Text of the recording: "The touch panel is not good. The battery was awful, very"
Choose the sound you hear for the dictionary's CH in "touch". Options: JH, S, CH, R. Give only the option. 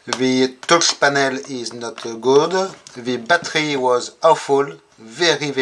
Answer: S